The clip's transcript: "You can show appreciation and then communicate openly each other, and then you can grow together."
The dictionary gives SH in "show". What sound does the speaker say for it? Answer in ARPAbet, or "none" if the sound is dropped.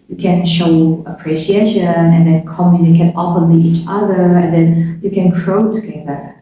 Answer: SH